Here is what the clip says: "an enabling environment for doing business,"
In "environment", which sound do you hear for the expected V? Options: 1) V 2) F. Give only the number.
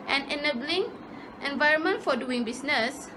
1